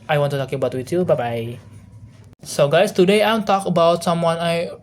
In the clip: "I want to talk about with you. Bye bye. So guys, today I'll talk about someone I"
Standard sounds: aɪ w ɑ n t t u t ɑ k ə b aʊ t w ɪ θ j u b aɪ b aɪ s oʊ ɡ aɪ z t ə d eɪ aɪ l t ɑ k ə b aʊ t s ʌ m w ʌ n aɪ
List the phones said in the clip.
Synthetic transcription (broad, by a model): aɪ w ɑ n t t u t ɑ k ə b aʊ t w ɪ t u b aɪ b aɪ s oʊ ɡ aɪ s t ə d eɪ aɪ n t ɑ k ə b aʊ t s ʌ m w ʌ n aɪ